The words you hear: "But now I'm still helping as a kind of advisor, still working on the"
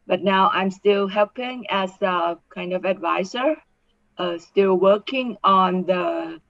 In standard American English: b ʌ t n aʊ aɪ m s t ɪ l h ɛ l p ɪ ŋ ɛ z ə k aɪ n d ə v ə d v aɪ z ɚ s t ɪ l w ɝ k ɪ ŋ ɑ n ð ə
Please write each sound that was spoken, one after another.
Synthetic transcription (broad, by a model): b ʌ t n aʊ aɪ m s t ɪ l h ɛ l p ɪ ŋ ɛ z ə k aɪ n d ə v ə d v aɪ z ɚ s t ɪ l w ɝ k ɪ ŋ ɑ n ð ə